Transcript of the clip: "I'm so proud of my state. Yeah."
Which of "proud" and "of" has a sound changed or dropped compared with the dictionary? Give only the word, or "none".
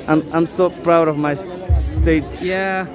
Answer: none